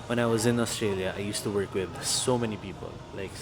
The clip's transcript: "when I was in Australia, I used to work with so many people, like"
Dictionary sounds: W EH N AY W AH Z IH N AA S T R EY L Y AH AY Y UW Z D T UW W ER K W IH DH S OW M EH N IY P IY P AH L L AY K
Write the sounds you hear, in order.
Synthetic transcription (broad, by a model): W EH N AY W AH Z IH N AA S T R EY L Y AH AY Y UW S T UW W ER K W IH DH S OW M EH N IY P IY P AH L L AY K